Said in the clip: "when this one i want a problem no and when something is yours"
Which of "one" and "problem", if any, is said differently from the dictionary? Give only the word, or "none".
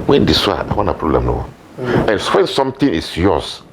one